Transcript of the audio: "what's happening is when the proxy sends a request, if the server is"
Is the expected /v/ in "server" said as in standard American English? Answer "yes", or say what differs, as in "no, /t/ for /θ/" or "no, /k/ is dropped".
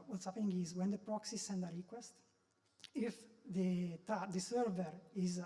yes